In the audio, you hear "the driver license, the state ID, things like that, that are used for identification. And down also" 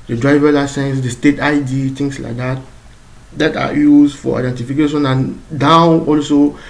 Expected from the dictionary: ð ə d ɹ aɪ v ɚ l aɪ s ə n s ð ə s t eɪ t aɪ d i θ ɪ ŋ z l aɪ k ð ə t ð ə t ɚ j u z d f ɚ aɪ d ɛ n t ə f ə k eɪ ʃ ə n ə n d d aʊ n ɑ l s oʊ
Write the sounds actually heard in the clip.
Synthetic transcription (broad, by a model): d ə d ɹ aɪ v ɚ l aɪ s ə n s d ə s t eɪ t aɪ d i t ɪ ŋ s l aɪ k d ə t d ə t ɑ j u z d f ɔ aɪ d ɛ n t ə f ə k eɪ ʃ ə n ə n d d aʊ ɑ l s oʊ